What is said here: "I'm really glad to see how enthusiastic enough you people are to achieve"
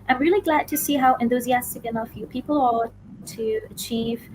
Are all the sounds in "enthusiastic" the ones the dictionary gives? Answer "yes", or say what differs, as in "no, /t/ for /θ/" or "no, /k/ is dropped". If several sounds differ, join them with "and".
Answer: yes